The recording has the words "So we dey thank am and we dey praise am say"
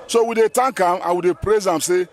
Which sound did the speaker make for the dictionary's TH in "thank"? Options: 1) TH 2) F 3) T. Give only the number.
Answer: 3